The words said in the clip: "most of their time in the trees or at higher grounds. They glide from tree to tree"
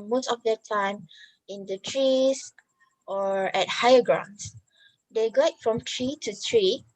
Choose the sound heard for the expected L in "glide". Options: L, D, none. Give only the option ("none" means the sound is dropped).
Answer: none